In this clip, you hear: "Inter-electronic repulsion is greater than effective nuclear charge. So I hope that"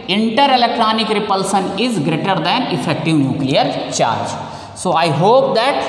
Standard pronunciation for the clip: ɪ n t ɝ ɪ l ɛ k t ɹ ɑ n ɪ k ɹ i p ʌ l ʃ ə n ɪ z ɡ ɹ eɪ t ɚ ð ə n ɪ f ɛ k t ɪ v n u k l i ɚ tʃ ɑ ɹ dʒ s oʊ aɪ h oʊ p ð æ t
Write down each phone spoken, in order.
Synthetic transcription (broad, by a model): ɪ n t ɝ ɪ l ɛ k t ɹ ɑ n ɪ k ɹ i p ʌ l s ə n ɪ z ɡ ɹ eɪ t ɚ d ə n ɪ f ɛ k t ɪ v n u k l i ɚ tʃ ɑ ɹ dʒ s oʊ aɪ h oʊ p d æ t